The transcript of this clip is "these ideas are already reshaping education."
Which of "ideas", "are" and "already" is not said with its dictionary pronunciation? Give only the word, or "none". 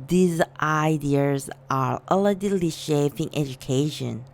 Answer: already